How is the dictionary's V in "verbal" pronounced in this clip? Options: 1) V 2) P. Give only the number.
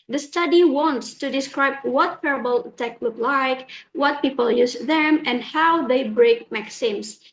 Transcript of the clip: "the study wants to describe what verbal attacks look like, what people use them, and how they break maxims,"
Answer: 2